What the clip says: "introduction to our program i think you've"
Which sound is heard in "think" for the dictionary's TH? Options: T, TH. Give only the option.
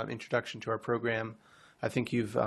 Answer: TH